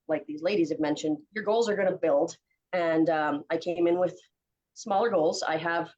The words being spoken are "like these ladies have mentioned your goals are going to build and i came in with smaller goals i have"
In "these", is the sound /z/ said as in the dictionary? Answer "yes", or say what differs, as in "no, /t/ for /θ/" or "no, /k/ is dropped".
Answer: yes